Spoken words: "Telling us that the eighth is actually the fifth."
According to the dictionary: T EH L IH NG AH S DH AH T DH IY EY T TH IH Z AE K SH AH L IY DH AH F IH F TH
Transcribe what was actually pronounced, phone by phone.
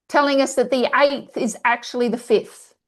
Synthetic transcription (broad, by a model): T EH L IH NG AH S DH AH T DH IY EY T TH IH Z AE K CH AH L IY DH AH F IH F TH